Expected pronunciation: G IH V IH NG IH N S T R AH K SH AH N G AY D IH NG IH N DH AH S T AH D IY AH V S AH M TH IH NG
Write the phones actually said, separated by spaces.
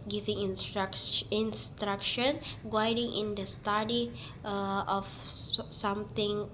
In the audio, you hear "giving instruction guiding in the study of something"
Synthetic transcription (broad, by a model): G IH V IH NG IH N S T R AH K SH AH N G AY D IH NG IH N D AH S T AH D IY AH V S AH M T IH NG